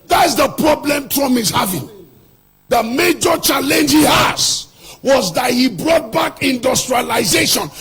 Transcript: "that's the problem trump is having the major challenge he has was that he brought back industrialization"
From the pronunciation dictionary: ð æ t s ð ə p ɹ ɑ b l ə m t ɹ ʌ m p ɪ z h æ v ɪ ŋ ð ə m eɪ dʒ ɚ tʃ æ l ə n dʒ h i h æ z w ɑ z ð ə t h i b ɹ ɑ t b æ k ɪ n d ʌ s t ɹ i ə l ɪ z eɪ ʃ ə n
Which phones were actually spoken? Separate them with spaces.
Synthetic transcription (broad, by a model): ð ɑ t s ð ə p ɹ ɑ b l ə m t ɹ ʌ m ɪ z h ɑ v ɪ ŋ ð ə m eɪ dʒ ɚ tʃ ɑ l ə n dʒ h i h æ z w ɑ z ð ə t h i b ɹ ɑ t b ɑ k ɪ n d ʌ s t ɹ i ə l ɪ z eɪ ʃ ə n